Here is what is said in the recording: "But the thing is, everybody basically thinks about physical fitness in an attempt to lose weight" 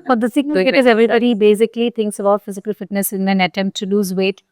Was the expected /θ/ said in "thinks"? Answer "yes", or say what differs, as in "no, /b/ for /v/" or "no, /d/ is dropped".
no, /t/ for /θ/